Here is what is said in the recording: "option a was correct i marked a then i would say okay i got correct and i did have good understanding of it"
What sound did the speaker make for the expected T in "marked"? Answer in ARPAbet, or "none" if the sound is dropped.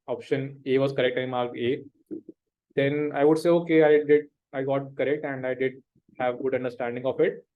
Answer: none